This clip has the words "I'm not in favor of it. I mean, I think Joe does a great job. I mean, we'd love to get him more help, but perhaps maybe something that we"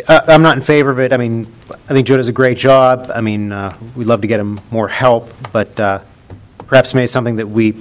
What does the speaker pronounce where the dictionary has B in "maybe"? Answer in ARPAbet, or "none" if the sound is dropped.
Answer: none